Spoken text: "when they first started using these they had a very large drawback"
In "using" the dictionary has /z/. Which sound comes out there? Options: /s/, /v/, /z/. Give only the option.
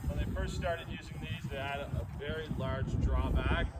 /z/